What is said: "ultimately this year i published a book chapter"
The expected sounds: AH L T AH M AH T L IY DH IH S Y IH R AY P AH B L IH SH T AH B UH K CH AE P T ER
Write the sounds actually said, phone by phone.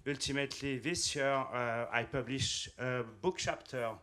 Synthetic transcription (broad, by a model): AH L T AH M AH T L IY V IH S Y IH R AY P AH B L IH SH AH B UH K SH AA P T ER